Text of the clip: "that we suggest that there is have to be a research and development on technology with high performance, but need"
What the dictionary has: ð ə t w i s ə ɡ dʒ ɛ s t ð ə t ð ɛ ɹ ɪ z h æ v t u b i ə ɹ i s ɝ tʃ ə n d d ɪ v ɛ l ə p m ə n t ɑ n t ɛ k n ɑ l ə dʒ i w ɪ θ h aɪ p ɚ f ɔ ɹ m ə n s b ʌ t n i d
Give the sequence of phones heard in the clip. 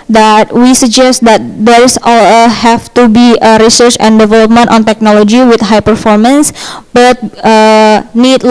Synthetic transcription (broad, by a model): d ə t w i s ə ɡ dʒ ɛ s t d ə t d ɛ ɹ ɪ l h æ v t u b i ə ɹ i s ɝ tʃ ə n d d ɪ v ɛ l ə p m ə n t ɑ n t ɛ k n ɑ l ə dʒ i w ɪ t h aɪ p ɚ f ɔ ɹ m ə n s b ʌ t n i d